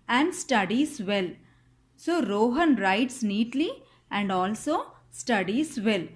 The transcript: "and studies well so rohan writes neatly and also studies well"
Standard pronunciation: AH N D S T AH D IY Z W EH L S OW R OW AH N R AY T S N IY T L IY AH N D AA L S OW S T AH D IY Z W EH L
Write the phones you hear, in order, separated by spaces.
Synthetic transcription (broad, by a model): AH N D S T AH D IY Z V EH L S OW R OW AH N R AY T S N IY T L IY AH N D AA L S OW S T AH D IY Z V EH L